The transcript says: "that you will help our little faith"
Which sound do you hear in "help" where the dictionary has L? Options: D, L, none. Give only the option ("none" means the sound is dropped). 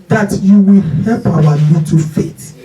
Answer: L